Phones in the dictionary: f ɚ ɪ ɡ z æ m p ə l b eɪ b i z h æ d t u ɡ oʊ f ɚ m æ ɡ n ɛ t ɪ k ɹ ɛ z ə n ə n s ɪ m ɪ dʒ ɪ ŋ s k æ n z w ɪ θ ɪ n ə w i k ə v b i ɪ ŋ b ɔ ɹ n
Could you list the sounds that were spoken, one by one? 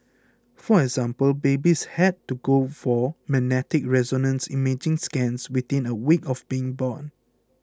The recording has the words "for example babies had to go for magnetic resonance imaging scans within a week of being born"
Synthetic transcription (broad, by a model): f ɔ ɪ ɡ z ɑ m p ə l b eɪ b i s h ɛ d t u ɡ oʊ f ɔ m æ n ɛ t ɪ k ɹ ɛ z ə n ə n s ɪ m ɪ dʒ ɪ ŋ s k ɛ n s w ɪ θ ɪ n ə w i k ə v b i ɪ ŋ b ɔ n